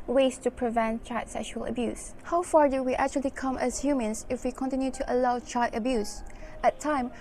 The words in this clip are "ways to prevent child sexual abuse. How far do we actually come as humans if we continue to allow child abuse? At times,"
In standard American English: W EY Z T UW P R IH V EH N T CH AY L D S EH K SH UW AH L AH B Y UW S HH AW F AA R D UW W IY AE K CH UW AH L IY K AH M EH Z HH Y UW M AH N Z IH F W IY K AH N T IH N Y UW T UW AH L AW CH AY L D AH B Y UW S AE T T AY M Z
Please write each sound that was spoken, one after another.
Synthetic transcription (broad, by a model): W EY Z T UW P R IH V EH N T CH AY D S EH K SH UW AH L AH B Y UW S HH AW F AA R D UW W IY AE K CH UW AH L IY K AH M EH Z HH Y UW M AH N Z IH F W IY K AH N T IH N Y UW T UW AH L AW CH AY D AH B Y UW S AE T T AY M